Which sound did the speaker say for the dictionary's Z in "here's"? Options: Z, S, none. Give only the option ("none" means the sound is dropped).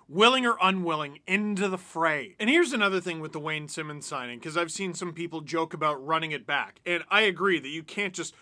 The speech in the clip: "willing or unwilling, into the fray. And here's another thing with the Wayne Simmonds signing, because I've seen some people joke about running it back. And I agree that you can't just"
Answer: Z